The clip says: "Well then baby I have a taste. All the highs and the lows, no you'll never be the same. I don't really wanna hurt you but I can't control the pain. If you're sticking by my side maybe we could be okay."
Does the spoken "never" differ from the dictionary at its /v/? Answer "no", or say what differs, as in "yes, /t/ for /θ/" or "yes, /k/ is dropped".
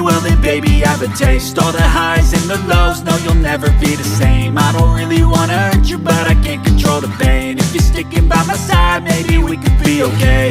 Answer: no